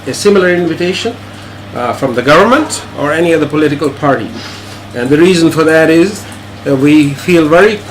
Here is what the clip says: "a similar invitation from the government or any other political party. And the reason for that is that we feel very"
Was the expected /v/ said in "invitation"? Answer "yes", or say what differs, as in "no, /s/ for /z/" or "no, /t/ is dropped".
yes